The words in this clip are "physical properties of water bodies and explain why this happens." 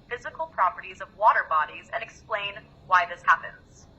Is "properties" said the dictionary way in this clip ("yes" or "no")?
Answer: yes